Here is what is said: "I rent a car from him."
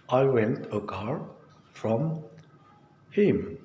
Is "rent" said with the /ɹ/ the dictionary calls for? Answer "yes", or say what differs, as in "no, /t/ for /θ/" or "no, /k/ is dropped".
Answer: no, /w/ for /ɹ/